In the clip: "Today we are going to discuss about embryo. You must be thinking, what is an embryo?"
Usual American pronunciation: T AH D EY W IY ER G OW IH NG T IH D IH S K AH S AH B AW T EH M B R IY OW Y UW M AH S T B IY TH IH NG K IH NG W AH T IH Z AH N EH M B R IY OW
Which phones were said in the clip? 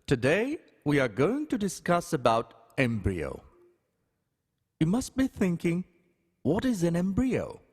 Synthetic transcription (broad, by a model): T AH D EY W IY ER G OW IH NG T IH D IH S K AH S AH B AW T EH M B R IY OW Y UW M AH S T B IY TH IH NG K IH NG W AH T IH Z AH N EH M B R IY OW